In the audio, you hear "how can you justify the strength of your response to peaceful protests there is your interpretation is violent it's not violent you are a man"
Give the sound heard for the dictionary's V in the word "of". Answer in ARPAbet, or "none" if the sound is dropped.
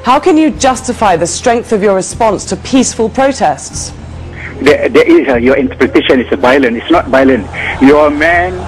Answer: V